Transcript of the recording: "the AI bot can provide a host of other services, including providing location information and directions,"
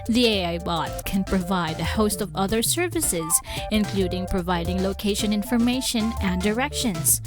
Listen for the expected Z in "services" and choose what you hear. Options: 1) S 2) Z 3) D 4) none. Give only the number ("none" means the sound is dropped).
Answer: 2